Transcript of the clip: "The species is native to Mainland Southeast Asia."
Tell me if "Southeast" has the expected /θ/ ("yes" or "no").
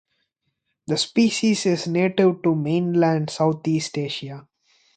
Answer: no